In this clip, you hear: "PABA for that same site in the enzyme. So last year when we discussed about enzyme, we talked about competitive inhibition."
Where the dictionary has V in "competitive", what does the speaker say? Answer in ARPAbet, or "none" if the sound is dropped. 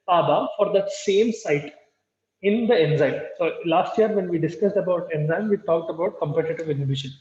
V